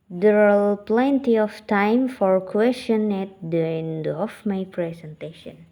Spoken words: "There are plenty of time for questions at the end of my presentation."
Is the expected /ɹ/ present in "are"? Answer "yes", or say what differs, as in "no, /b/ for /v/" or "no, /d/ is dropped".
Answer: no, /l/ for /ɹ/